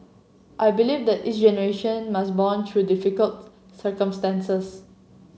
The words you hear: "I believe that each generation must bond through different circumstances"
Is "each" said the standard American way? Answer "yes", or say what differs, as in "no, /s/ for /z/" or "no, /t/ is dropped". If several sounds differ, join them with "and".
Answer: no, /s/ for /tʃ/